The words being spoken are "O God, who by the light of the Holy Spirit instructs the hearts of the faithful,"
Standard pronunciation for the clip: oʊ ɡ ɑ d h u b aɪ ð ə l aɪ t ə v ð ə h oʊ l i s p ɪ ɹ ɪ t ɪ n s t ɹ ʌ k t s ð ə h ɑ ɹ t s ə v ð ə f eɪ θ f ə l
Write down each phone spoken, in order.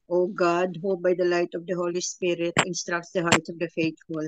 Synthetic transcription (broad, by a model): oʊ ɡ ɑ d h u b aɪ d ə l aɪ t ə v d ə h oʊ l i s p ɪ ɹ ɪ t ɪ n s t ɹ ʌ k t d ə h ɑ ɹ t ə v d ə f eɪ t f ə l